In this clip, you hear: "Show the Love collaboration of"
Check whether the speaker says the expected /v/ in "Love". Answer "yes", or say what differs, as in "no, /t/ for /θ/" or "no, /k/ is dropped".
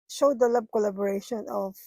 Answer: no, /b/ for /v/